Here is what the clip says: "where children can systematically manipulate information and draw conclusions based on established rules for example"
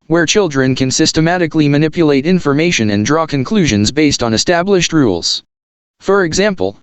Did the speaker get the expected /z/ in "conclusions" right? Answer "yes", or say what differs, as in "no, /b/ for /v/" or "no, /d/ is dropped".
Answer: yes